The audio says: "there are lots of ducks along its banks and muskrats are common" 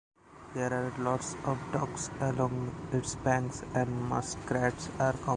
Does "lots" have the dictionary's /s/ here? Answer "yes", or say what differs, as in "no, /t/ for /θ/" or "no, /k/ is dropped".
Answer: yes